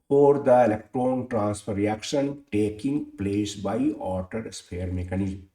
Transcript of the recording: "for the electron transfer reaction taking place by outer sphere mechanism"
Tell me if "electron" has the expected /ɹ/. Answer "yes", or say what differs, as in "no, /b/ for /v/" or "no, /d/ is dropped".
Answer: yes